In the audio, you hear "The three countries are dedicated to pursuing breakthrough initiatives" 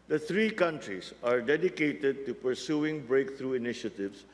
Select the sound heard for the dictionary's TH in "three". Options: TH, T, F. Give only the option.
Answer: T